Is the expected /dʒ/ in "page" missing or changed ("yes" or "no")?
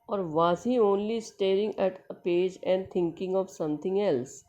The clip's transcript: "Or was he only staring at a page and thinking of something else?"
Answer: no